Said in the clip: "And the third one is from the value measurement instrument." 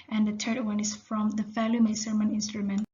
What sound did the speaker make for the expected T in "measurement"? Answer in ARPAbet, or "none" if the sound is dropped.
none